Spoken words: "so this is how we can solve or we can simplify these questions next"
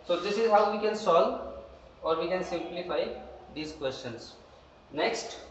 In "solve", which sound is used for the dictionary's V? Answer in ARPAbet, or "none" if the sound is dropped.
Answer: none